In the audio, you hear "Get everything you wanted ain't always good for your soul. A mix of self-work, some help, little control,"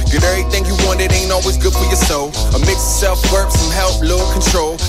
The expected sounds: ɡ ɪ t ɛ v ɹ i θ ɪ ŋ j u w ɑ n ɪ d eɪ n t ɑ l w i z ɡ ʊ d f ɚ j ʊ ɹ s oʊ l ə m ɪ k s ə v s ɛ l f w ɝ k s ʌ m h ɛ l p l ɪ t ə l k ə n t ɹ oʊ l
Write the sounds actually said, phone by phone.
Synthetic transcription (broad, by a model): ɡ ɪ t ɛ ɹ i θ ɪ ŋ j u w ɑ n ɪ d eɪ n ɑ l w i z ɡ ʊ d f ɚ j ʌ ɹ s oʊ ə m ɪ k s s ɛ l f w ɝ k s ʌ m h ɛ l p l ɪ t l k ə n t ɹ oʊ l